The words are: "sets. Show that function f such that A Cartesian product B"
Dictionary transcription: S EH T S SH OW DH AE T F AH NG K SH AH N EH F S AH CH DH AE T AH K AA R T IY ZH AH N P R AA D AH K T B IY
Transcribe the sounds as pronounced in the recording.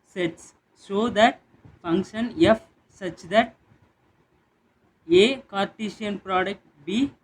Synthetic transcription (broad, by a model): S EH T S OW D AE T F AH NG K SH AH N EH F S AH CH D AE T AH K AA R T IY SH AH N P R AA D AH K T B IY